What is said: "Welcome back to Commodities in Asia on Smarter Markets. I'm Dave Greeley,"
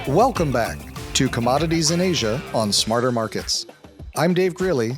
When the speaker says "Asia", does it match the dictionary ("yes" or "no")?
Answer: yes